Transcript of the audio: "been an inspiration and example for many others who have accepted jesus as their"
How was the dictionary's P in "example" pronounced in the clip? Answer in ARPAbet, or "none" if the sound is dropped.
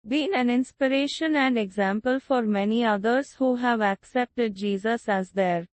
P